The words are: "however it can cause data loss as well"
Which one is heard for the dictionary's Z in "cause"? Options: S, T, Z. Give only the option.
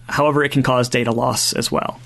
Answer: Z